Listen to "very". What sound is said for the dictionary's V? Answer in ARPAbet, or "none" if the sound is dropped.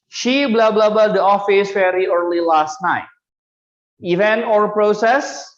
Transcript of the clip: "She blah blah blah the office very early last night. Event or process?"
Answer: F